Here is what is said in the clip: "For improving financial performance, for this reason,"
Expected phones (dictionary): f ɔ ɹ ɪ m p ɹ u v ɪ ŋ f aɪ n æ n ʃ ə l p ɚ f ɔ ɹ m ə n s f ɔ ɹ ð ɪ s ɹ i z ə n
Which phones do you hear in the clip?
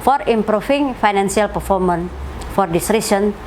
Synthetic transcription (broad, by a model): f ɔ ɹ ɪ m p ɹ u f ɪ ŋ f aɪ n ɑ n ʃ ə l p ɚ f ɔ ɹ m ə n f ɔ ɹ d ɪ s ɹ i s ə n